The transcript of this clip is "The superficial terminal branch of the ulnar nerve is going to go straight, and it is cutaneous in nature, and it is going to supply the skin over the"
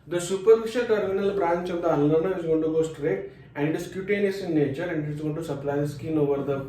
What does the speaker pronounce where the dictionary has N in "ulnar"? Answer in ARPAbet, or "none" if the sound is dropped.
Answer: L